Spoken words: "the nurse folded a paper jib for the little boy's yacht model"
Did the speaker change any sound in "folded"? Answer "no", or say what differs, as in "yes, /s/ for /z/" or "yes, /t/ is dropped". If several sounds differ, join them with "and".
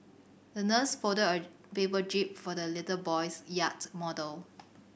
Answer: yes, /l/ is dropped